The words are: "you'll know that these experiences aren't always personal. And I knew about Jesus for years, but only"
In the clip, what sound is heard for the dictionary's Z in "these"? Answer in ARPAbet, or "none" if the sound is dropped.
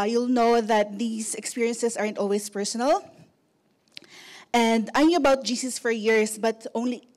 S